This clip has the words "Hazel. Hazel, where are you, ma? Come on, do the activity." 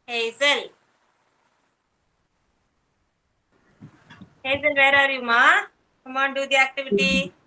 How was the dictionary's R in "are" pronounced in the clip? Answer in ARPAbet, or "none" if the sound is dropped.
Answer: R